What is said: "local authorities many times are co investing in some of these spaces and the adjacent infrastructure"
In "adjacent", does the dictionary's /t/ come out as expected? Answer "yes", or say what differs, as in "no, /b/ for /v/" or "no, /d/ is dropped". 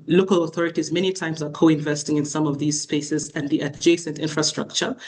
yes